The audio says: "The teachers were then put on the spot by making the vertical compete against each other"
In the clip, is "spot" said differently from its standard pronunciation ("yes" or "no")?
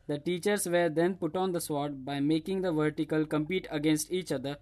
yes